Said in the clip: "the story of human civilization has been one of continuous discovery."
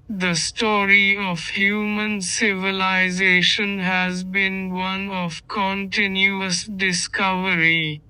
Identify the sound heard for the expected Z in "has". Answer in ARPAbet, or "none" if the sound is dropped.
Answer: Z